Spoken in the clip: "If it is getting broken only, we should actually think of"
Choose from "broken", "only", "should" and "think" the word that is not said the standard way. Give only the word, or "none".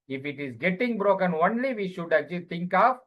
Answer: think